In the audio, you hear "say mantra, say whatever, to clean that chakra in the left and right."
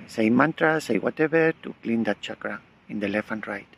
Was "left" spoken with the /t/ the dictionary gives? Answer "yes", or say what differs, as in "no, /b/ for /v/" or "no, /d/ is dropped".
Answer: no, /t/ is dropped